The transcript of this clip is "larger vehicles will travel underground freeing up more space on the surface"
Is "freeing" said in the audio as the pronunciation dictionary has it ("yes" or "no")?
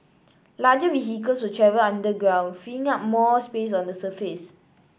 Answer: no